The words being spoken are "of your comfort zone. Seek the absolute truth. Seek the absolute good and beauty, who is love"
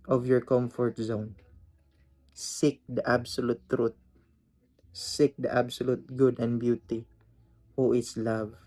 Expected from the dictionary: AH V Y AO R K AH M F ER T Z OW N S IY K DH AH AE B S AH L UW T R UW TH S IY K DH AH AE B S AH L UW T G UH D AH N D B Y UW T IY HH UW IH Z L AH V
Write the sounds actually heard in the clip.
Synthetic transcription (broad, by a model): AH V Y AO R K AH M F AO T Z OW N S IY K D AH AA B S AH L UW T R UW T S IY K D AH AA B S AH L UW T G UH D AH N D B Y UW T IY HH UW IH S L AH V